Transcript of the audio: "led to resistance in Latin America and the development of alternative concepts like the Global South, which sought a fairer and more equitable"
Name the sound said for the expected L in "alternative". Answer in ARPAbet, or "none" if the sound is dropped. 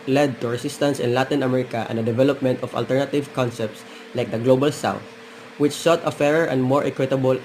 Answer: L